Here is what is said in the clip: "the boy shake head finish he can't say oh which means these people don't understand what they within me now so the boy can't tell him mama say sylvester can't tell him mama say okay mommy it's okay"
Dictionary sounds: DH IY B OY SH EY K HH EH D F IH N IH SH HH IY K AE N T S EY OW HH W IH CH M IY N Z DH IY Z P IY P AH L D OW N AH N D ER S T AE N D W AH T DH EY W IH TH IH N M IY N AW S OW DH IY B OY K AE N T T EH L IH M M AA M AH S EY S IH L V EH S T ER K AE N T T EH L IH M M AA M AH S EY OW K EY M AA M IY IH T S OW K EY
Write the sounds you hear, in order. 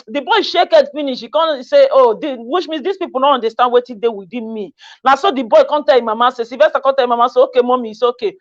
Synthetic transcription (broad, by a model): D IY B OY SH EY K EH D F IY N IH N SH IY K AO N S EY OW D W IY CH M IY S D IY S P IY P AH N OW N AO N D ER S T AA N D W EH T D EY W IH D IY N M IY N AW S OW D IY B OY K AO N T T EH L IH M M AA M AH S EY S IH V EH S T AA K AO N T T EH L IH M M AA M AH S EY OW K EY M AA M IY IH S OW K EY